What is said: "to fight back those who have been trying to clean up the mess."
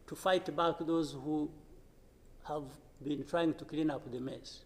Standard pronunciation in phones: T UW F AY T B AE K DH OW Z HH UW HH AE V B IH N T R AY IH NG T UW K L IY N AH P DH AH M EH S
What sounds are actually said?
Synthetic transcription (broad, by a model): T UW F AY T B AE K DH OW Z HH UW HH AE V B IH N T R AY IH NG T UW K L IY N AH P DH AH M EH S